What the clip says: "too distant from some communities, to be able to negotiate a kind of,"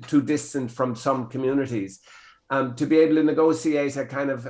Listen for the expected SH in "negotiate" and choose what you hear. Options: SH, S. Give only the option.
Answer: S